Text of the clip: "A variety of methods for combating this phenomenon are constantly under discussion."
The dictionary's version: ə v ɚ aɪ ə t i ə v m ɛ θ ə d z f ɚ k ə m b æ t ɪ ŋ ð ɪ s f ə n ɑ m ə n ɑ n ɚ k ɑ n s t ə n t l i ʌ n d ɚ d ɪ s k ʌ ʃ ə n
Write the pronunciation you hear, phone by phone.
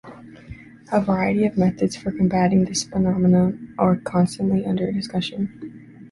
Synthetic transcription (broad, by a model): ə v ɚ aɪ ə t i ə v m ɛ θ ə d z f ɚ k ə m b æ t ɪ ŋ ð ɪ s f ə n ɑ m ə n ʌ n ɚ k ɑ n s t ə n t l i ʌ n d ɚ d ɪ s k ʌ ʃ ə n